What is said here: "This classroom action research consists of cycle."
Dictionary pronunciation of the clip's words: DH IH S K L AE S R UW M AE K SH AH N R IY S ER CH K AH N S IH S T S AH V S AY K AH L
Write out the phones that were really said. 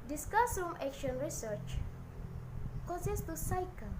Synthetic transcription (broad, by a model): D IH S K AA S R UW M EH K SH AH N R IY S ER CH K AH S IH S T AH S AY K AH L